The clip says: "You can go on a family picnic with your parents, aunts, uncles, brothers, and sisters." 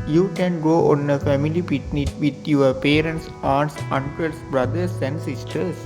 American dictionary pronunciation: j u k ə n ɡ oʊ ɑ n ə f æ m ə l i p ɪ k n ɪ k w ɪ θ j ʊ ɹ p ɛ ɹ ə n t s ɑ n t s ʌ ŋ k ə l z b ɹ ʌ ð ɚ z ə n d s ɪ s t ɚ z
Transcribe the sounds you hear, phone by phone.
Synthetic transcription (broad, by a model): j u k ə n ɡ oʊ ɑ n ə f æ m ə l i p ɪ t n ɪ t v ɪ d j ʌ ɹ p ɛ ɹ ə n t s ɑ t s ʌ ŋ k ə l s b ɹ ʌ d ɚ s ə n d s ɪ s t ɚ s